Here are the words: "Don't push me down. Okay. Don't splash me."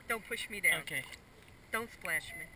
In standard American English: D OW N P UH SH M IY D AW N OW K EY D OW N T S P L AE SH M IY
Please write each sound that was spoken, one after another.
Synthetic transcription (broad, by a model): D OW N P UH SH M IY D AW OW K EY D OW N T S P L AE SH M IY